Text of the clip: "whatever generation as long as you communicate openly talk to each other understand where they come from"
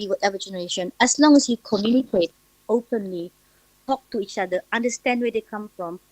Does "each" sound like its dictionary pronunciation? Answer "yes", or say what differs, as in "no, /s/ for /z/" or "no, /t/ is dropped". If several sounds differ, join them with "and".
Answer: yes